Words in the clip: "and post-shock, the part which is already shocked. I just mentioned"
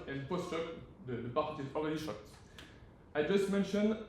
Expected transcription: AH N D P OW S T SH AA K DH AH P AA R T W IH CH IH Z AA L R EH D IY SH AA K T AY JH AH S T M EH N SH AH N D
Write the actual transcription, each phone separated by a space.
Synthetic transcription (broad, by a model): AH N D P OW S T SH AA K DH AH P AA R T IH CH IH Z AA L R EH D IY SH AA K T AY JH AH S T M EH N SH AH N